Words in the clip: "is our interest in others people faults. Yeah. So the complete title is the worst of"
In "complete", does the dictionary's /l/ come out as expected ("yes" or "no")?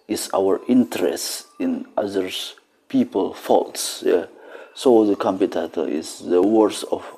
no